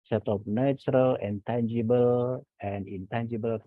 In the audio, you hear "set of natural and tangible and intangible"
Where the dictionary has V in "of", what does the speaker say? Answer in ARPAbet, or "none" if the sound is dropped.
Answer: P